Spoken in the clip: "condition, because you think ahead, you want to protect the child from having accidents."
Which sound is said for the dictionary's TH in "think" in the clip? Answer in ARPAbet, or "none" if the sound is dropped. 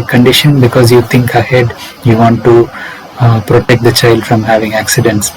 T